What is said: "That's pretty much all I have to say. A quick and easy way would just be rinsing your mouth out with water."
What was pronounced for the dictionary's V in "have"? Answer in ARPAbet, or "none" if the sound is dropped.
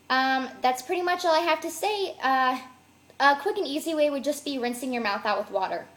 F